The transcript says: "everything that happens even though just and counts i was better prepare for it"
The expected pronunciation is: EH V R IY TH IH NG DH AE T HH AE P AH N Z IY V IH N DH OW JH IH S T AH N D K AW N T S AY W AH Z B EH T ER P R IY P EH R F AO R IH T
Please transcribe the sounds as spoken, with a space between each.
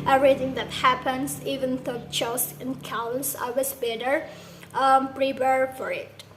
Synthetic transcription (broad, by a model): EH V R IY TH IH NG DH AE T HH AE P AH N S IY V IH N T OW CH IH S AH N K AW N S AY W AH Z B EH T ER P R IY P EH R F AO R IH T